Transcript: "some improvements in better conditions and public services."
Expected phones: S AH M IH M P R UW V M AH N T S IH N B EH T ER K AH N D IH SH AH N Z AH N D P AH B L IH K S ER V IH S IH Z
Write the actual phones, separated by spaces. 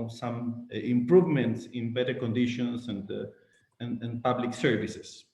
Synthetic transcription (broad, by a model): S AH M IH M P R UW V M AH N T S IH N B EH T ER K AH N D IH SH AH N S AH N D P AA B L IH K S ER V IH S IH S